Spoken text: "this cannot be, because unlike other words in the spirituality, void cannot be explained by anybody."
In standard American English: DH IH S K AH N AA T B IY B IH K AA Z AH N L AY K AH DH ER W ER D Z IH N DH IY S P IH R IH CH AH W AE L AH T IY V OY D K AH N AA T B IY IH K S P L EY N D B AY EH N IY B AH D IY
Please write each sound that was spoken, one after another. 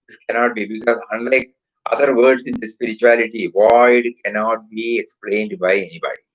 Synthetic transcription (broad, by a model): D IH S K AH N AA T B IY B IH K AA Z AH N L AY K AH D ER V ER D S IH N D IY S P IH R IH CH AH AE L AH T IY V OY D K AH N AA T B IY IH K S P L EY N D B AY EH N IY B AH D IY